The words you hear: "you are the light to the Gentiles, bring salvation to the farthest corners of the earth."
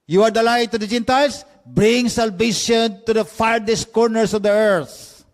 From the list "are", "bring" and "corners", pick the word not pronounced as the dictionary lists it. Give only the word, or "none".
corners